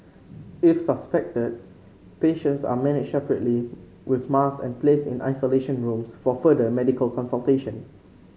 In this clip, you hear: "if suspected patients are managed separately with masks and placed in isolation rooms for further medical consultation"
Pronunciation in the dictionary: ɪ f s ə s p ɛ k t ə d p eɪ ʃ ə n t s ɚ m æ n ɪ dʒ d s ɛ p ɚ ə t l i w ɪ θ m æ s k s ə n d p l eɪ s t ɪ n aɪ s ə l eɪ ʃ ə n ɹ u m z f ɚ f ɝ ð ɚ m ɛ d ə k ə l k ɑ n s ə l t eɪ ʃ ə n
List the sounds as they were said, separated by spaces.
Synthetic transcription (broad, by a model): ɪ f s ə s p ɛ k t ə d p eɪ ʃ ə n t s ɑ m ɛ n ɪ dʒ s ɛ p ɚ ə t l i w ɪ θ m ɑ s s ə n p l eɪ s ɪ n aɪ s ə l eɪ ʃ ə n ɹ u m s f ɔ f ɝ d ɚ m ɛ d ə k ə l k ɑ n s ə l t eɪ ʃ ə n